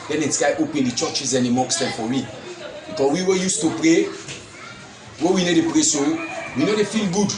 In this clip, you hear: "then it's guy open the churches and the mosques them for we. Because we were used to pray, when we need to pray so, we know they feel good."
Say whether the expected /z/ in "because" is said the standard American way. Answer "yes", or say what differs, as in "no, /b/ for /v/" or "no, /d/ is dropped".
no, /z/ is dropped